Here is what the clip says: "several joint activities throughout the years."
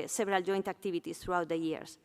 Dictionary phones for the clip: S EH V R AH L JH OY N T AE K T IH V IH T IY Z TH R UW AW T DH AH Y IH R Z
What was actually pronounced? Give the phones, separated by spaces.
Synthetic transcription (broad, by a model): S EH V R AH L JH OY N T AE K T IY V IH T IY S TH R UW AW T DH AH Y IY R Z